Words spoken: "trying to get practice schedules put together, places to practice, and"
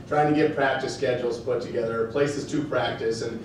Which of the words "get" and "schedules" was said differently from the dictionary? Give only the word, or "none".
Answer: none